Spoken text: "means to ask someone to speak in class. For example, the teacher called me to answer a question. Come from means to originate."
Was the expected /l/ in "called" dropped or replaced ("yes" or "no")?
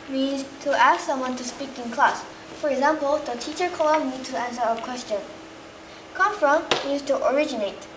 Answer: yes